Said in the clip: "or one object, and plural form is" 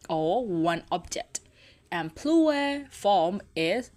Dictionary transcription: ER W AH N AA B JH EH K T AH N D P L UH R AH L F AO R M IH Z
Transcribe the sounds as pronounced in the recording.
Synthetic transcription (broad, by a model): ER W AH N AA B JH EH K T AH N P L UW AH F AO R M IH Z